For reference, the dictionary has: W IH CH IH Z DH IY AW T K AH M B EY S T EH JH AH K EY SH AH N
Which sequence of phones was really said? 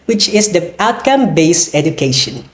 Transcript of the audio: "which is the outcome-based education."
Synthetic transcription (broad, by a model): W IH CH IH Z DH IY AW T K AH M B EY S EH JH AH K EY SH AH N